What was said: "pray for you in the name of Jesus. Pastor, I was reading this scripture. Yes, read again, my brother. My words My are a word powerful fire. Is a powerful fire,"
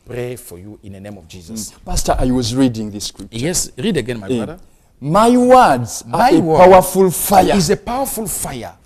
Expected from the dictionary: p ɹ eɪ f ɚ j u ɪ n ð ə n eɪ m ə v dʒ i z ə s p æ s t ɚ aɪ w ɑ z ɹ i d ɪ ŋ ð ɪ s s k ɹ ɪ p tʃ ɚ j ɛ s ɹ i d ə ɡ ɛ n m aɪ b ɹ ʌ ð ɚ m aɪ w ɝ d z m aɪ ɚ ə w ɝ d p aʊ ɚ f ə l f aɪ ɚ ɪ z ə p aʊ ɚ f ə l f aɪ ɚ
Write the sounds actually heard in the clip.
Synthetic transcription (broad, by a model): p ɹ eɪ f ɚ j u ɪ n ð ə n eɪ m ə v dʒ i z ə s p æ s t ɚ aɪ w ɑ z ɹ i d ɪ ŋ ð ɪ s s k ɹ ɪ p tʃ j ɛ s ɹ i d ə ɡ ɛ n m aɪ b ʌ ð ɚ m aɪ w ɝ d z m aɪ ə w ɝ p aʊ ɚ f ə l f aɪ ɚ ɪ z ə p aʊ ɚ f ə l f aɪ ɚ